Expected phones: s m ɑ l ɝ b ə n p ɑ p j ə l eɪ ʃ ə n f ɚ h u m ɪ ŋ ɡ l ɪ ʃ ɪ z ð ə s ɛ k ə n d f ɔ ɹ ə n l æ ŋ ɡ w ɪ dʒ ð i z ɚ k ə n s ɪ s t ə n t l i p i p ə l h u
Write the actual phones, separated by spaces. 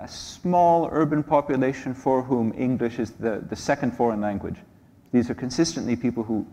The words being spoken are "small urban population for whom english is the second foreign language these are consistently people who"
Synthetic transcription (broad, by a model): s m ɑ l ɝ b ə n p ɑ p j ə l eɪ ʃ ə n f ɚ h u m ɪ ŋ ɡ l ɪ ʃ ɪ z ð ə s ɛ k ə n d f ɔ ɹ ə n l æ ŋ ɡ w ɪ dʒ ð i z ɚ k ə n s ɪ s t ə n t l i p i p l h u